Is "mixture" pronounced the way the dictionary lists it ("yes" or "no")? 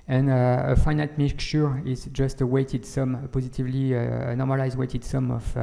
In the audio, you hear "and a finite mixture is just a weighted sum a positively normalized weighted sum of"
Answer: no